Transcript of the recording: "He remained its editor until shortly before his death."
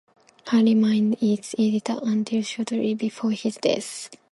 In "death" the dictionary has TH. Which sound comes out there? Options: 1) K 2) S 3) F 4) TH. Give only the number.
2